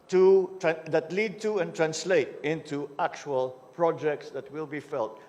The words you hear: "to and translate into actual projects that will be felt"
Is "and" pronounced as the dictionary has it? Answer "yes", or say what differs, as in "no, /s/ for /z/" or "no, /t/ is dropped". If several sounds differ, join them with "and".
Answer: no, /l/ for /n/